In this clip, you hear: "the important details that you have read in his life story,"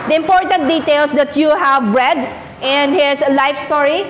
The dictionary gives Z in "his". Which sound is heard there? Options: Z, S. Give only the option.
S